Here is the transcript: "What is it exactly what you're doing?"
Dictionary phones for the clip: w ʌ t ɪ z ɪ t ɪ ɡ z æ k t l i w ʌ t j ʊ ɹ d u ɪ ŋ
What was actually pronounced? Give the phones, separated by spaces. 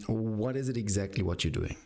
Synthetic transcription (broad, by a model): w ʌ t ɪ z ɪ t ɪ ɡ z æ k t l i w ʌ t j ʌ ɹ d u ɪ ŋ